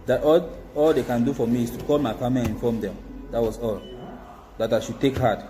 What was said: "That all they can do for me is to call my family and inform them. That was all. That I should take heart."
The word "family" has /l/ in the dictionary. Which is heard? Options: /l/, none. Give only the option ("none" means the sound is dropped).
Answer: none